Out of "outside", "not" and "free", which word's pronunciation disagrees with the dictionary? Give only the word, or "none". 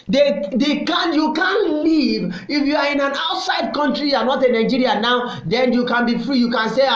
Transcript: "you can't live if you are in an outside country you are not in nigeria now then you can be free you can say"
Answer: none